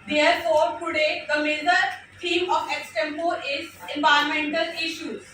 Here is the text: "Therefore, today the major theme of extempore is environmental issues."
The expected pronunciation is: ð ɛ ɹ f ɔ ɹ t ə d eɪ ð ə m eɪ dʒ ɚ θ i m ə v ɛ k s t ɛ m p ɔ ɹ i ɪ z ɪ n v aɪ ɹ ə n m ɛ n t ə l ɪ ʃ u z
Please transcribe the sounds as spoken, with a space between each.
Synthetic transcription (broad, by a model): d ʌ ɹ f ɔ ɹ t ə d eɪ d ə m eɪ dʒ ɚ t i m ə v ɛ k s t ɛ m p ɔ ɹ ɪ z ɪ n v aɪ ə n m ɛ n t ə l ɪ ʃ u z